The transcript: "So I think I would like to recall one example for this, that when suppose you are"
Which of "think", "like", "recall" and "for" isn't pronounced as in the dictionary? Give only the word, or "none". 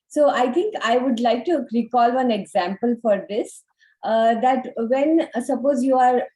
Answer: think